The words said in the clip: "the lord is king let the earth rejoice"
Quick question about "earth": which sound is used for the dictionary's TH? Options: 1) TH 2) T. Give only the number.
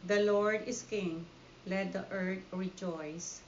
2